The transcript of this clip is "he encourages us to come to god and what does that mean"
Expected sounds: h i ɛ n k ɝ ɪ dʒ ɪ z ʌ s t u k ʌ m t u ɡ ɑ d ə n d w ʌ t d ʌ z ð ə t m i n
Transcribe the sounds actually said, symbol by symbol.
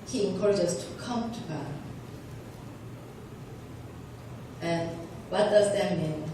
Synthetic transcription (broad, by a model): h i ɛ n k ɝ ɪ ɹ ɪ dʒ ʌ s t u k ʌ m t u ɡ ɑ ə n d w ʌ t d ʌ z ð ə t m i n